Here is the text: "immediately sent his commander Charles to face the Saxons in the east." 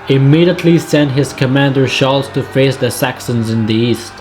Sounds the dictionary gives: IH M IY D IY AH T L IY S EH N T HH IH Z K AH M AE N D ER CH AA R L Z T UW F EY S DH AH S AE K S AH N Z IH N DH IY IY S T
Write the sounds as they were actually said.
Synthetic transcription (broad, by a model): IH M IY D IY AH T L IY S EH N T HH IH Z K AH M AE N D ER SH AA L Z T UW F EY S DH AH S AE K S AH N Z IH N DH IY IY S T